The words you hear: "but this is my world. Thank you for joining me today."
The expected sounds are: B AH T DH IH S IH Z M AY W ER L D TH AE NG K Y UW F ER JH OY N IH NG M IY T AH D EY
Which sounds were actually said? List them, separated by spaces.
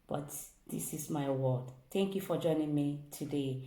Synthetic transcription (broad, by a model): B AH T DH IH S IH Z M AY W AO D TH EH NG K Y UW F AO JH OY N IH NG M IY T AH D EY